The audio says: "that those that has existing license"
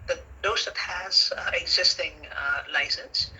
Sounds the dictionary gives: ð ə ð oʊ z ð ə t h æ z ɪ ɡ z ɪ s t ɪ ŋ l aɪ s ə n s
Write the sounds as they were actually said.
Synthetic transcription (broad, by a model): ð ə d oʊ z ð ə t h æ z ɪ ɡ z ɪ s t ɪ ŋ l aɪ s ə n s